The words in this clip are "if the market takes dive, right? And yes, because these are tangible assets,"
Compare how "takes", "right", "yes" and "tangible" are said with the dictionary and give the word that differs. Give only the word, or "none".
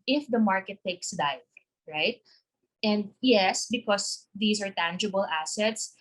none